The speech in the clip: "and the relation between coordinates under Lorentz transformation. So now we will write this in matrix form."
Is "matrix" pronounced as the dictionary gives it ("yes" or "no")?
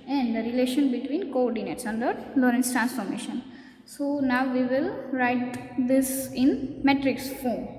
yes